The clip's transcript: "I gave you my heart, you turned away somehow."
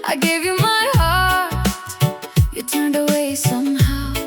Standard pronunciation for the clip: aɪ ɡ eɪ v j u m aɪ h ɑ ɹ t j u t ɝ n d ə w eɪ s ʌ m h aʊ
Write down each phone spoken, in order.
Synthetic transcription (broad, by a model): aɪ ɡ eɪ v j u m aɪ h ɑ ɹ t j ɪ t ɝ n d ə w eɪ s ʌ m h aʊ